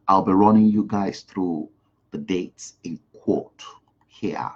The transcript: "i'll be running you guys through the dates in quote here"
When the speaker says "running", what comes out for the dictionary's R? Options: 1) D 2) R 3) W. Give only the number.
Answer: 2